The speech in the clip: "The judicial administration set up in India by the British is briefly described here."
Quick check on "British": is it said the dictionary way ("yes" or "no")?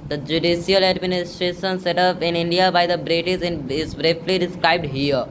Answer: no